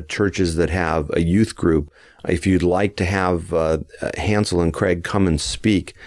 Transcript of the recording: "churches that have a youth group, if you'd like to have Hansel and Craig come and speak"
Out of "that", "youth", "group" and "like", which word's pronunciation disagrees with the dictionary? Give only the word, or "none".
none